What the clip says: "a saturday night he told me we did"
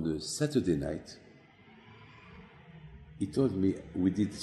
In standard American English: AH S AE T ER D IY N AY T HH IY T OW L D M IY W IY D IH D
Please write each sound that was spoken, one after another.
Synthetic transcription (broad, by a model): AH S AE T ER D IY N AY T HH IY T OW L D M IY W IY D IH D